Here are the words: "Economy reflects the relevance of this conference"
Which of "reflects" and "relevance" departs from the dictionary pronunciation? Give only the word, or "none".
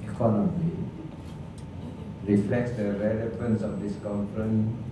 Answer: none